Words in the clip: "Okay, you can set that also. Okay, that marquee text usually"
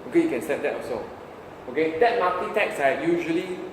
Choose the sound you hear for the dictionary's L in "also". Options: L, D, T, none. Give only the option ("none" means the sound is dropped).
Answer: none